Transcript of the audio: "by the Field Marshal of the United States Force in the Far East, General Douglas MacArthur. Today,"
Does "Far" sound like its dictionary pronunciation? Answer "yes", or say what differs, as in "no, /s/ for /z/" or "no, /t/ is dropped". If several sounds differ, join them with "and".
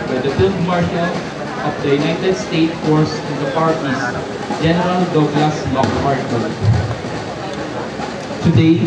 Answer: no, /p/ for /f/